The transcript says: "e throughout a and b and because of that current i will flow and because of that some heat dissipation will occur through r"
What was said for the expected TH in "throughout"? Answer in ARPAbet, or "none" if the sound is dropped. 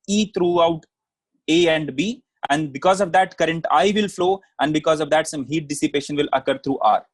T